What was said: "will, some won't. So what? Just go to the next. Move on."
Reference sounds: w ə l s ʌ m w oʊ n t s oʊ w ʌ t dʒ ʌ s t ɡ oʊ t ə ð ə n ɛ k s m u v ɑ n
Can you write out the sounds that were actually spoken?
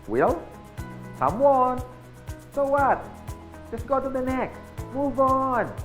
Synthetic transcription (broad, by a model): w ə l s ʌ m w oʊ n s oʊ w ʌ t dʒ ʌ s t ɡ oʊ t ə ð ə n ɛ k m u v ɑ n